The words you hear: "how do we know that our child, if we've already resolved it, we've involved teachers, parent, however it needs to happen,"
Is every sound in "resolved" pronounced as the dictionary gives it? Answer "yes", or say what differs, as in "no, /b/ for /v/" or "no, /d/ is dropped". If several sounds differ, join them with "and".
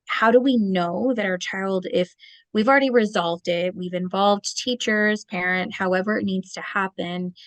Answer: yes